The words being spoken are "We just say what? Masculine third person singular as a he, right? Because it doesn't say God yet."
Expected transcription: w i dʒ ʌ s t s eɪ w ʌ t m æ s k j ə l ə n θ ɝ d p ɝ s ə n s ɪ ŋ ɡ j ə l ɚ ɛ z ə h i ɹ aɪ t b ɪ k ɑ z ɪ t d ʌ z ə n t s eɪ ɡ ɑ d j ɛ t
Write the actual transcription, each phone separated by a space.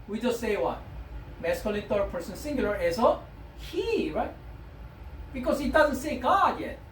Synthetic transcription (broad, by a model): w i dʒ ʌ s t s eɪ w ʌ t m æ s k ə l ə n t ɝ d p ɝ s ə n s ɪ ŋ ɡ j l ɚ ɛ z ə h i ɹ aɪ t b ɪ k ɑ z ɪ t d ʌ z ə n t s eɪ ɡ ɑ d j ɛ t